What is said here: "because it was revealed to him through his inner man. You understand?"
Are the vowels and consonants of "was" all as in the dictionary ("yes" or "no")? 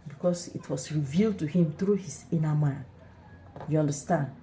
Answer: no